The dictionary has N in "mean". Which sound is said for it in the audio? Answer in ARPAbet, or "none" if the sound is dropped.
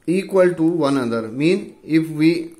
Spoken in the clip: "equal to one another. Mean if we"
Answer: N